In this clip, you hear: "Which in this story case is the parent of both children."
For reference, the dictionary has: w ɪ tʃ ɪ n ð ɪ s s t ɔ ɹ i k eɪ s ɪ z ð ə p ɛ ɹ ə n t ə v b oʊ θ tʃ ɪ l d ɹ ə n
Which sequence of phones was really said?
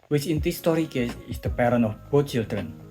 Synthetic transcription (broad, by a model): w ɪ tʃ ɪ n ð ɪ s s t ɔ ɹ i k eɪ s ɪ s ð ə p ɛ ɹ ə n ə f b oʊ tʃ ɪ l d ɹ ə n